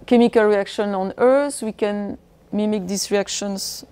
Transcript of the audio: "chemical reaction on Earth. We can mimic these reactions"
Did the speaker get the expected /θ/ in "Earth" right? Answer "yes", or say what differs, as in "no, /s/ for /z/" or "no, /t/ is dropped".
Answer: no, /s/ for /θ/